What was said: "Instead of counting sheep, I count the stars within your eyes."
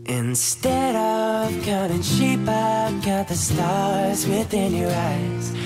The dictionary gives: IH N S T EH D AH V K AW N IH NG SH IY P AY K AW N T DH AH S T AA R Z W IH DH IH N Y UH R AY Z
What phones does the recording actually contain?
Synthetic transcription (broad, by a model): IH N S T EH D AH V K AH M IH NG SH IY P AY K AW T DH AH S T AA R Z W IH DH IH N Y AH R AY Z